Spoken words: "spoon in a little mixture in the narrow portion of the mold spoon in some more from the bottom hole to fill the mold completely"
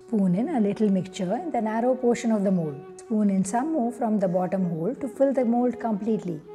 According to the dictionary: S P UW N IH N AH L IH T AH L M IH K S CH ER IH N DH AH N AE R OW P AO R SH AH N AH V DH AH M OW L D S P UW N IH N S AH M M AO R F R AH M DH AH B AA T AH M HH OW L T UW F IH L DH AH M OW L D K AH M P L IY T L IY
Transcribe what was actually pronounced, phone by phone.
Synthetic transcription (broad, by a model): S P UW N IH N AH L IH T AH L M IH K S CH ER IH N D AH N AE R OW P AO R SH AH N AH V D AH M OW L D S P UW N IH N S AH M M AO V F R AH M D AH B AA T AH M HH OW L T UW F IH L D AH M OW L D K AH M P L IY T L IY